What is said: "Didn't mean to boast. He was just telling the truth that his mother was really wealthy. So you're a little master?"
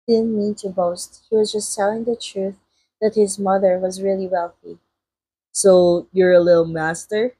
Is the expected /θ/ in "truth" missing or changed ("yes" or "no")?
no